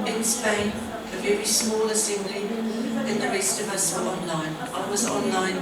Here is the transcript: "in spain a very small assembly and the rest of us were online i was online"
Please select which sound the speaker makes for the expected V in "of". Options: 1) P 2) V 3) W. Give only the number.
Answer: 2